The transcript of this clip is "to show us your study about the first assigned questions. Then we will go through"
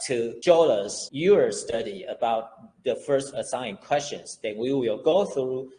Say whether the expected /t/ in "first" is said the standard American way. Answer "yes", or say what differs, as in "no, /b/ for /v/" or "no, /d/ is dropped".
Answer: yes